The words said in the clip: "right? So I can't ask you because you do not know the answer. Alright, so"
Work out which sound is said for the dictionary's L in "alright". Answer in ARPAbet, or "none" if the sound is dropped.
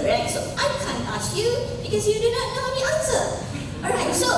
none